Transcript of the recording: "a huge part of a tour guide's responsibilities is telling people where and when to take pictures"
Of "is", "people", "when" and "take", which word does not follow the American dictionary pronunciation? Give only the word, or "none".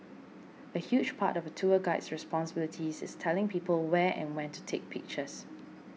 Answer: is